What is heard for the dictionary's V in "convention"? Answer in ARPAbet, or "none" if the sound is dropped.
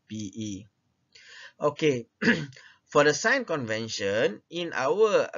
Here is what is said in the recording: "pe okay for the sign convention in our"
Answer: V